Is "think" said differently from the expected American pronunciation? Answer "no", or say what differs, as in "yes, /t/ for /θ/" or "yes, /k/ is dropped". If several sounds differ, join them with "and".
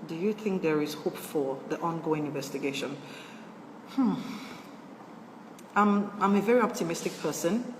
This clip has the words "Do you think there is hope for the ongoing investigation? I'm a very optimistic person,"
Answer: no